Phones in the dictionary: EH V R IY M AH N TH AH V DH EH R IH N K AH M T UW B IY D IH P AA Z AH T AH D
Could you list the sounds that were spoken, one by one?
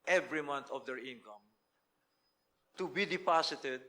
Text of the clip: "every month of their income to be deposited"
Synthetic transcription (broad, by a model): EH V R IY M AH N T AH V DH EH R IH N K AH M T UW B IY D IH P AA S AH T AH D